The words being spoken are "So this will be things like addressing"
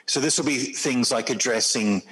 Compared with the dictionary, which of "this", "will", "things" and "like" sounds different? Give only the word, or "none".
none